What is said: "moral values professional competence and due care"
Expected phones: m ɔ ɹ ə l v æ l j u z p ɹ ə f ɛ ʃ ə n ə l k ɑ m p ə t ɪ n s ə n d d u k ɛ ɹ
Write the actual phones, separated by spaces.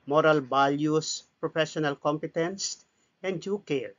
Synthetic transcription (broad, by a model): m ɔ ɹ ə l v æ l j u s p ɹ ə f ɛ ʃ ə n ə l k ɑ m p ə t ɪ n s ə n d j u k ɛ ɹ